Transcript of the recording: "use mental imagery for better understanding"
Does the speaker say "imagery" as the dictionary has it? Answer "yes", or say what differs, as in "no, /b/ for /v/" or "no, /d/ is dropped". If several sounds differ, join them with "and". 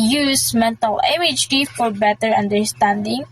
no, /ɹ/ is dropped